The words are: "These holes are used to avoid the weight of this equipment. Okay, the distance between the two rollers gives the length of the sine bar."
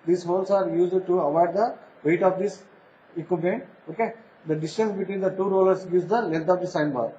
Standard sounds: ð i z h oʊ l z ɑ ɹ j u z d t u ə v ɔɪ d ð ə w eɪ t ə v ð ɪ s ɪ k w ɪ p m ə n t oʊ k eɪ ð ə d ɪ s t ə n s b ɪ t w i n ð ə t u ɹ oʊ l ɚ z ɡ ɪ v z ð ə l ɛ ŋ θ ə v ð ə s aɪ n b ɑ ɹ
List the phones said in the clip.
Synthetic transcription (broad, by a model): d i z h oʊ l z ɑ ɹ j u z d t u ə v ɔɪ d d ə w eɪ t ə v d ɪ s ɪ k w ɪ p ə n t oʊ k eɪ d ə d ɪ s t ə n s b ɪ t w i n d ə t u ɹ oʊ l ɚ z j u z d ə l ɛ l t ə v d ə s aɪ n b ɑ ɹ